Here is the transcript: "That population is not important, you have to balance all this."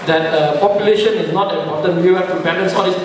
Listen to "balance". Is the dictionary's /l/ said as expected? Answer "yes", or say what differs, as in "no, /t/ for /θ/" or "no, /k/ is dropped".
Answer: no, /n/ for /l/